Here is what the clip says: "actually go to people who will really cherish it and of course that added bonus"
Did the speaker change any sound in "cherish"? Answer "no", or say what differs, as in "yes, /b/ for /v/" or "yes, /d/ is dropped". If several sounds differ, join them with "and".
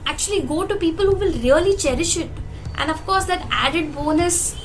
no